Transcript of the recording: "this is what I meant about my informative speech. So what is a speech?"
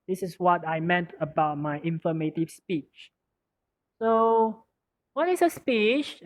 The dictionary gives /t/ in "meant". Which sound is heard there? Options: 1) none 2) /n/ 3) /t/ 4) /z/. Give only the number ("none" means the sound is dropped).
3